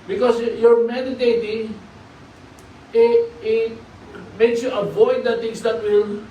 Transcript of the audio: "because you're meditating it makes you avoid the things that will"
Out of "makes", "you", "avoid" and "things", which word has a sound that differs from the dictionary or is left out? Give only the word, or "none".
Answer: things